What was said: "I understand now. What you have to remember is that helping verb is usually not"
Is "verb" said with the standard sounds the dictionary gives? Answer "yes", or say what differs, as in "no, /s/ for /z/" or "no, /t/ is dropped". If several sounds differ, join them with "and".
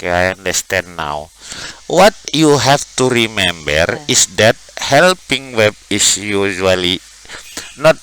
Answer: no, /w/ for /v/